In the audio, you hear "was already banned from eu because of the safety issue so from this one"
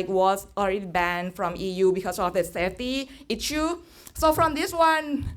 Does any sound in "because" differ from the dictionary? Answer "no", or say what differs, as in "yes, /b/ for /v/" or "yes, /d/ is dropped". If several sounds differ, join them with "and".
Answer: yes, /s/ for /z/